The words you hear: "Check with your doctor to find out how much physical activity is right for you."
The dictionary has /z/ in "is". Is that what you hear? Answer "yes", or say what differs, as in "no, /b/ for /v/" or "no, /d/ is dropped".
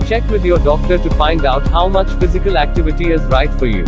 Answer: yes